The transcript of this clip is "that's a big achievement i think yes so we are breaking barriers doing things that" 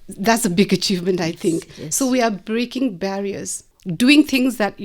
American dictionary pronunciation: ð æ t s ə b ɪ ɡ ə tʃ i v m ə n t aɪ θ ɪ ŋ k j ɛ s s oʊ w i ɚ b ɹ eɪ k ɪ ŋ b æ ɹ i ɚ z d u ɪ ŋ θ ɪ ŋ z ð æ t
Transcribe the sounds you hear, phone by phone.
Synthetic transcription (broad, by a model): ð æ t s ə b ɪ ɡ ə tʃ i v m ə n t aɪ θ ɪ ŋ k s s oʊ w i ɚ b ɹ eɪ k ɪ ŋ b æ ɹ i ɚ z d u ɪ ŋ t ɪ ŋ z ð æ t